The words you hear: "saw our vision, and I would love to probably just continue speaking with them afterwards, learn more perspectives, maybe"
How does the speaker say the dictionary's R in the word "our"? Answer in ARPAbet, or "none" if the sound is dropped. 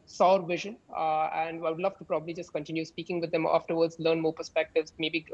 R